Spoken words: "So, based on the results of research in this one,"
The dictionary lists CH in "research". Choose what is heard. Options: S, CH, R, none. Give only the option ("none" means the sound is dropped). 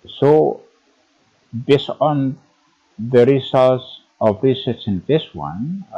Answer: S